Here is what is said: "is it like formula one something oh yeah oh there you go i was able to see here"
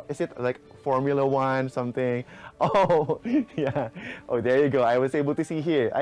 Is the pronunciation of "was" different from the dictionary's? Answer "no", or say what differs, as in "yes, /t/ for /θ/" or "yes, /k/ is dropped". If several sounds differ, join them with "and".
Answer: yes, /s/ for /z/